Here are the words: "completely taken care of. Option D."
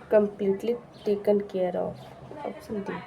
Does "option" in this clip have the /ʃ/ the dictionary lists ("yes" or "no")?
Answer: no